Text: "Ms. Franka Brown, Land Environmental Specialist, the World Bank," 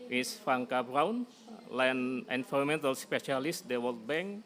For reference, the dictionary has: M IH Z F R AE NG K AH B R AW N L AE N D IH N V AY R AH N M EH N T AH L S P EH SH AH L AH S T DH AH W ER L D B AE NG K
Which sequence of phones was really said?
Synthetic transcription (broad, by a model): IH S F R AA NG K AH B R AW N L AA N IH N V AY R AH M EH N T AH L S P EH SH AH L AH S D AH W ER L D B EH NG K